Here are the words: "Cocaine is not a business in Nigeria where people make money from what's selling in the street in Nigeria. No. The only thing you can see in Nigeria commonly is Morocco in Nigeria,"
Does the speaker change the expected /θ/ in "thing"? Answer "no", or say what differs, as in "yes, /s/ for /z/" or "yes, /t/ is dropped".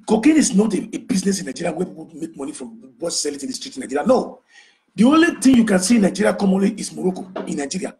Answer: yes, /t/ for /θ/